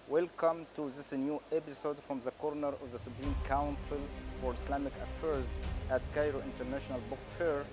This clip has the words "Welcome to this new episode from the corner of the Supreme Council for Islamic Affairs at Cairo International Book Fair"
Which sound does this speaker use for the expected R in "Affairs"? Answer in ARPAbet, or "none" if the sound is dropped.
R